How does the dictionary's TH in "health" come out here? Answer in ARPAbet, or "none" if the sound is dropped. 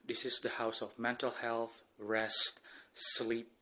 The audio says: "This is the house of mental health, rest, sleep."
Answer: TH